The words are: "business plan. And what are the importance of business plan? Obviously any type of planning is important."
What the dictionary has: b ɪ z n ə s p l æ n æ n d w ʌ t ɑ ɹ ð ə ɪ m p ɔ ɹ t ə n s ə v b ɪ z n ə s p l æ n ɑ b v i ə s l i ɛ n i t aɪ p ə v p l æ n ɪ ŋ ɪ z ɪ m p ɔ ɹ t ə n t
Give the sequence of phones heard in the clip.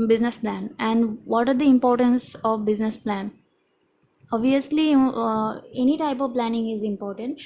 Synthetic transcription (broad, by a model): b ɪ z n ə s p l æ n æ n d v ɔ t ɑ ɹ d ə ɪ m p ɔ ɹ t ə n s ə v b ɪ z n ə s p l æ n ɑ b v i ə s l i ɛ n i t aɪ p ə v p l æ n ɪ ŋ ɪ z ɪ m p ɔ ɹ t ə n t